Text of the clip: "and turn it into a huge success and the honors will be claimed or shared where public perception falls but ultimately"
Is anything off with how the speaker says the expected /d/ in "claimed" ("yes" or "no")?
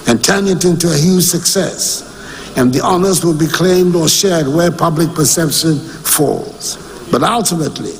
no